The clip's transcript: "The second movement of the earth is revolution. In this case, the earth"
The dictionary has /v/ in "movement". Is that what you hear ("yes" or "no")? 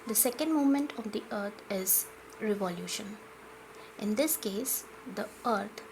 no